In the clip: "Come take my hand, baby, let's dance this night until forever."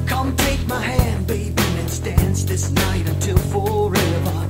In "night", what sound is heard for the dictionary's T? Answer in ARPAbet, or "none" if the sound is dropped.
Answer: T